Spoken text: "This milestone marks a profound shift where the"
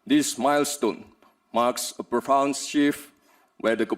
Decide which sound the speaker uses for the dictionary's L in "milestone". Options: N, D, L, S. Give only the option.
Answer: L